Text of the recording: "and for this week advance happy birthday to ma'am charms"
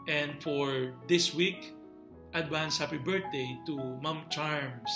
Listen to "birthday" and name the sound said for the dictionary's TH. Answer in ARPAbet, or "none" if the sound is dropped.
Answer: T